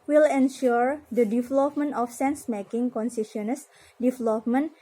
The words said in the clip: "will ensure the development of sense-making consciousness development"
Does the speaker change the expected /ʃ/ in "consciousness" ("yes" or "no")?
yes